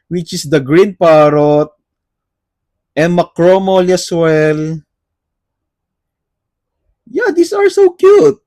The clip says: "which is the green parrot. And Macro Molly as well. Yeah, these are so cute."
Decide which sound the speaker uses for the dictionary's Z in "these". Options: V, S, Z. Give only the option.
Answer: S